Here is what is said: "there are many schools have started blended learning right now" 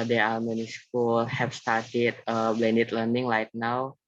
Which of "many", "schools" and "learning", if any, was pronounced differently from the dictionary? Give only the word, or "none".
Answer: schools